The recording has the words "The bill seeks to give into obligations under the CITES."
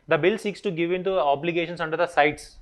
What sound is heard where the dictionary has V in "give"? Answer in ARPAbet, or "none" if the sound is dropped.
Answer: V